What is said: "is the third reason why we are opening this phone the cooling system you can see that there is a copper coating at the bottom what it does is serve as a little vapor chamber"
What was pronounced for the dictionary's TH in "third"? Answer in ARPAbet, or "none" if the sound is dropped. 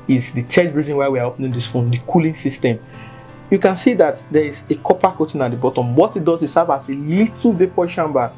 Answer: T